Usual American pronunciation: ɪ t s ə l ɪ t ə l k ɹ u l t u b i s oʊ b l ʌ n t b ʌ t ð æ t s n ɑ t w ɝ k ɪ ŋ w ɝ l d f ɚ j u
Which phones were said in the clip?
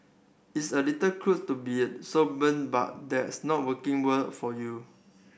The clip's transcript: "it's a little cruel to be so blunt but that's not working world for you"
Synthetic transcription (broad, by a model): ɪ t s ə l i t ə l k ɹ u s t u b i s oʊ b ʌ n b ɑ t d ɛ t s n ɑ t w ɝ k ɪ ŋ w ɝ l f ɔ j u